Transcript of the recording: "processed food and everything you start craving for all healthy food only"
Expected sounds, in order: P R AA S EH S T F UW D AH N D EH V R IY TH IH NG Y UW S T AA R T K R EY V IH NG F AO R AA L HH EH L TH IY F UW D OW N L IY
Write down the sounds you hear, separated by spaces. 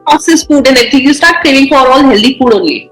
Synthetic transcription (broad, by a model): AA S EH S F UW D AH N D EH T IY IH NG Y UW S T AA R T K EY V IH NG F AO R AA L HH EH L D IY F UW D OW N L IY